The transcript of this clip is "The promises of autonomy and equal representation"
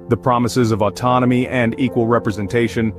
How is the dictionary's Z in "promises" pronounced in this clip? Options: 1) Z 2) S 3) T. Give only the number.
1